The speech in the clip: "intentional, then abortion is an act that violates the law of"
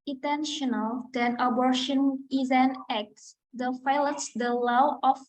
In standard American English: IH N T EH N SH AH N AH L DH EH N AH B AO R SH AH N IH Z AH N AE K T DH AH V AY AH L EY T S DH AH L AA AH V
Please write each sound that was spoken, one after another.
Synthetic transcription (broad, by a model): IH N T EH N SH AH N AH L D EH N AH B AO R SH AH N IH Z AH N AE K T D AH F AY L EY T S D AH L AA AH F